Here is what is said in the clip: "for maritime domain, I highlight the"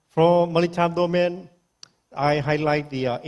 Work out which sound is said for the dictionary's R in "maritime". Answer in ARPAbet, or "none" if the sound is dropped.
L